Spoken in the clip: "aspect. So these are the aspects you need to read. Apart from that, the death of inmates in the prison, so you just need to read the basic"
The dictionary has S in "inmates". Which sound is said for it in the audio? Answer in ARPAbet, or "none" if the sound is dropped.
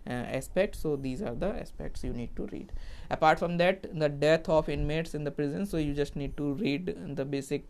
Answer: S